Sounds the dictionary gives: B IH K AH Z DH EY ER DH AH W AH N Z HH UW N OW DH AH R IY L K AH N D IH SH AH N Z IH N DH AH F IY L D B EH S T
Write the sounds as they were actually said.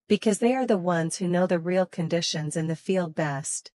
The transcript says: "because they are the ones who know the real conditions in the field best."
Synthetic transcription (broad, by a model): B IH K AH Z DH EY ER DH AH W AH N Z HH UW N OW DH AH R IY L K AH N D IH SH AH N Z IH N DH AH F IY L D B EH S T